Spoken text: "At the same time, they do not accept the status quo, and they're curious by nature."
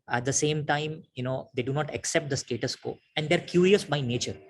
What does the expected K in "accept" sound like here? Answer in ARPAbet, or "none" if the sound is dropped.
K